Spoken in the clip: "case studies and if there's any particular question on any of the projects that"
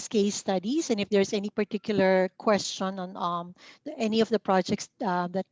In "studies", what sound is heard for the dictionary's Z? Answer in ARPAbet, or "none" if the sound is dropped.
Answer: S